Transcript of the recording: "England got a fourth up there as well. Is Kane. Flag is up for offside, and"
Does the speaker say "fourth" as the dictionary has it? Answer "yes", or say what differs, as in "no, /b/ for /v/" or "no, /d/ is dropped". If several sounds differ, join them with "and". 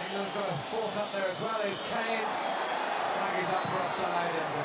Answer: yes